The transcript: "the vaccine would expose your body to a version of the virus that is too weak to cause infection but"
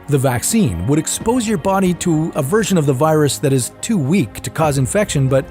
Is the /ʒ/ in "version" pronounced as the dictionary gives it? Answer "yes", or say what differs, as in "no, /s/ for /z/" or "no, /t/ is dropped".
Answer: yes